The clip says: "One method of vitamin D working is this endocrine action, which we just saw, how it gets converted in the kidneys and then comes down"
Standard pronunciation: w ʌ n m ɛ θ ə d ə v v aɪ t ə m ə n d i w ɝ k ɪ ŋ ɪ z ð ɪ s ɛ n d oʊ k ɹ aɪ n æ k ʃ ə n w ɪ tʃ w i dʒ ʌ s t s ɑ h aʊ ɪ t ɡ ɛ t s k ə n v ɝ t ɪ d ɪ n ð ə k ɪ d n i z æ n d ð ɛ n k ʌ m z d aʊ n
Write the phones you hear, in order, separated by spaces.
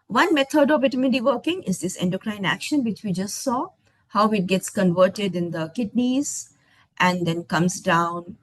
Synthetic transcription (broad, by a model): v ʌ n m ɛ t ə d ə v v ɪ t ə m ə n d i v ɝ k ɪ ŋ ɪ z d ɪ s ɛ n d oʊ k ɹ aɪ n æ k ʃ ə n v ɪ tʃ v i dʒ ʌ s t s ɑ h aʊ ɪ t ɡ ɛ t s k ə n v ɝ t ɪ d ɪ n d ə k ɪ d n i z æ n d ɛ n k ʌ m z d aʊ n